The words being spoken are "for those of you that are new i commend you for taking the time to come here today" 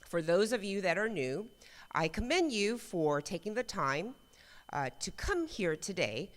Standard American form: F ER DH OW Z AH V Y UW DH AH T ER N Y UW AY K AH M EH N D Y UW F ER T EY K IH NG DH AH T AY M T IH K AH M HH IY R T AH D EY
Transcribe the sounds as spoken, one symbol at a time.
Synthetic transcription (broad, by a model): F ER DH OW Z AH V Y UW DH AH T ER N Y UW AY K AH M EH N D Y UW F ER T EY K IH NG DH AH T AY M T IH K AH M HH IY R T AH D EY